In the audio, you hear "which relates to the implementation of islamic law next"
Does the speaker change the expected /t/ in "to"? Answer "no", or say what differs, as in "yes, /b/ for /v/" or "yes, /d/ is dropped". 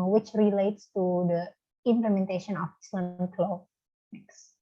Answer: no